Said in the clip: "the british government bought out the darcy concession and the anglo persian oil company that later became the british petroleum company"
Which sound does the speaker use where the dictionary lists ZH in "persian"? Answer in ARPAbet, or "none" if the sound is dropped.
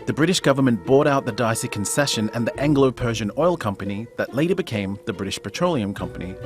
ZH